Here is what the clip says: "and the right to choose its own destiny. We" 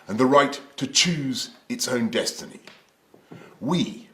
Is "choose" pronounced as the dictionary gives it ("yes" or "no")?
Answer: yes